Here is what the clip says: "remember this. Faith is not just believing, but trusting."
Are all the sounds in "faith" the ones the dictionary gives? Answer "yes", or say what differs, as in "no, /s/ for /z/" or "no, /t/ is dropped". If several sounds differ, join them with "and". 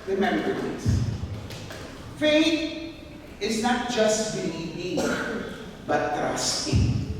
no, /t/ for /θ/